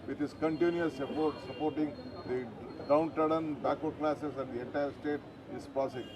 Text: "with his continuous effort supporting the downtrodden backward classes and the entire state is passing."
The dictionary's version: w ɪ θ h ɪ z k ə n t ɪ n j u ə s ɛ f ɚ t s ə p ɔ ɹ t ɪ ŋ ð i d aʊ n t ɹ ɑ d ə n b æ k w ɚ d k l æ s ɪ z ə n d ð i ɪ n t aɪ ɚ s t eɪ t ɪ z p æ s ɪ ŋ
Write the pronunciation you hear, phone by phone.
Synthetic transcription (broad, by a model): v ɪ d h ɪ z k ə n t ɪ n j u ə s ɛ p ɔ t s ə p ɔ ɹ t ɪ ŋ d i d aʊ n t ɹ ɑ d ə n b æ k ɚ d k l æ s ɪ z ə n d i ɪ t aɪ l s t eɪ t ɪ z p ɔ s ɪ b